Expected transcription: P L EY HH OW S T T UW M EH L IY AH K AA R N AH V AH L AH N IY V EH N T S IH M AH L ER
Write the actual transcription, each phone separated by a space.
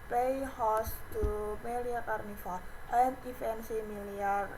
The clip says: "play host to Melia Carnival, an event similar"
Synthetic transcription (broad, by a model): P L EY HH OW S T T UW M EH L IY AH K AA R N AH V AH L AH N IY F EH N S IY M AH L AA